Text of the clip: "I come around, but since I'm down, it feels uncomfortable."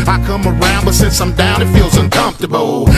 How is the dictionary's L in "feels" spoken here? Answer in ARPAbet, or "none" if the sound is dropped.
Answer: L